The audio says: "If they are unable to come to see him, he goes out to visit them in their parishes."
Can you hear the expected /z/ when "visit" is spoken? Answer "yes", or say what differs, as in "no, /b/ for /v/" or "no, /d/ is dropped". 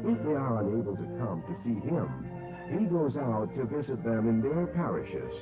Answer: yes